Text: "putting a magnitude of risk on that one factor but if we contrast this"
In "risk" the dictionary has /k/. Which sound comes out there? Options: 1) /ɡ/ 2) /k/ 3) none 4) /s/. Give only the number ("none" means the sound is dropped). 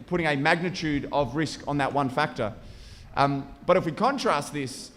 2